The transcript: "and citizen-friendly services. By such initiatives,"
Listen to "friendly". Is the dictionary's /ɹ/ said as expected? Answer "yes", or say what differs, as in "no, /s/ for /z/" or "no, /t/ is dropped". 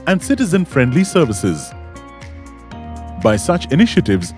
yes